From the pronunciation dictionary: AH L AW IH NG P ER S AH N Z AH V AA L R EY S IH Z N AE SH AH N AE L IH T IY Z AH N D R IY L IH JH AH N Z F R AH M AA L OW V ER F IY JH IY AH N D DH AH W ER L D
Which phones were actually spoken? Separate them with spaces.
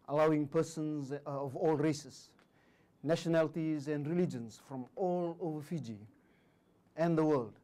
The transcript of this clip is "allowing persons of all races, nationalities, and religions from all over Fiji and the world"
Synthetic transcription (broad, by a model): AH L AW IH NG P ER S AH N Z AH V AA L R EY S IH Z N AE SH AH N AE L IH T IY Z AH N D R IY L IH JH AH N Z F R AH M AA L OW V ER F IY JH IY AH N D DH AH W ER L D